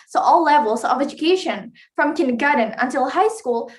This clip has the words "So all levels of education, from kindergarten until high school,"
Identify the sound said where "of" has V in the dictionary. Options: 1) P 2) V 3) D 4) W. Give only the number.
2